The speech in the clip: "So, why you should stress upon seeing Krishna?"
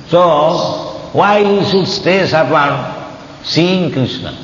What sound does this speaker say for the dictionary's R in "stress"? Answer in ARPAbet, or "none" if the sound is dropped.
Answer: none